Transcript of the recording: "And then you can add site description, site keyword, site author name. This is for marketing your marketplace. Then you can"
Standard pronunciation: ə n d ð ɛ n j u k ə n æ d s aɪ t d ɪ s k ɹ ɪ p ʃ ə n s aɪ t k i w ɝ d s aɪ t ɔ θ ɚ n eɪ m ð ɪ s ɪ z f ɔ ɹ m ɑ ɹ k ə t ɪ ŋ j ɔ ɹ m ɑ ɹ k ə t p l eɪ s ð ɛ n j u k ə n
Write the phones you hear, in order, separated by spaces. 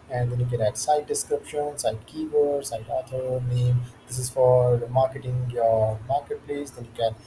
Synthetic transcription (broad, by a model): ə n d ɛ n j u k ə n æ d s aɪ t d ɪ s k ɹ ɪ p ʃ ə n s aɪ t k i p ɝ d s aɪ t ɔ t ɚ n eɪ m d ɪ s ɪ z f ɔ ɹ m ɑ ɹ k ə t ɪ ŋ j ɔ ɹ m ɑ ɹ k ə t p l eɪ s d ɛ n j u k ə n